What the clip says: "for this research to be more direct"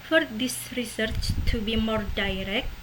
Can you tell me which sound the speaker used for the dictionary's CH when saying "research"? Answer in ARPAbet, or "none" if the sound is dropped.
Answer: CH